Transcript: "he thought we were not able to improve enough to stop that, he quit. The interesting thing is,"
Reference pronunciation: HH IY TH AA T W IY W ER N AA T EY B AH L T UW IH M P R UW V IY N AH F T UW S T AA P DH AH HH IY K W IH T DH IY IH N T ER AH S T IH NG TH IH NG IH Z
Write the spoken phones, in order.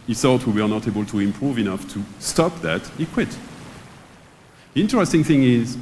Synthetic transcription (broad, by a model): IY S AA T W IY W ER N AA T EY B AH L T UW IH M P R UW V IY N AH F T UW S T AA P DH AH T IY K W IH T DH IY IH N T ER AH S T IH NG TH IH NG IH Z